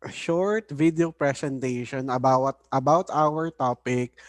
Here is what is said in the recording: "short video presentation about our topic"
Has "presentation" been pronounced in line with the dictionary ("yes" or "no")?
no